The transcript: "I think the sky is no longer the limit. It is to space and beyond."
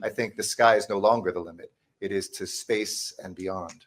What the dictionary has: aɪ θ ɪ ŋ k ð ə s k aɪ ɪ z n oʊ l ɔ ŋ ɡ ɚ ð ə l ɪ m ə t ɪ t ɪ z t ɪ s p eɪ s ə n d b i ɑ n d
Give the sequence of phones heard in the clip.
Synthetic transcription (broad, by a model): aɪ θ ɪ ŋ k ð ə s k aɪ ɪ z n oʊ l ɔ ŋ ɡ ɚ ð ə l ɪ m ə t ɪ t ɪ z t ɪ s p eɪ s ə n b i ɑ n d